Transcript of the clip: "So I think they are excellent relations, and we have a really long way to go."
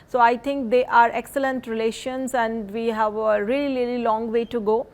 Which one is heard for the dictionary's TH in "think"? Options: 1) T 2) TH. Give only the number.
1